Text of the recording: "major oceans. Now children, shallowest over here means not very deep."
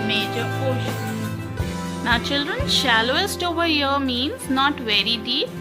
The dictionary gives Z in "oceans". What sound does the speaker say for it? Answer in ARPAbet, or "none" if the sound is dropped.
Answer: none